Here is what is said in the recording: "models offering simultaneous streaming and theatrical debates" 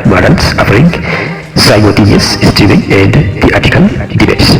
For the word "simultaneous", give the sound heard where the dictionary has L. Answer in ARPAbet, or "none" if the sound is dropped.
none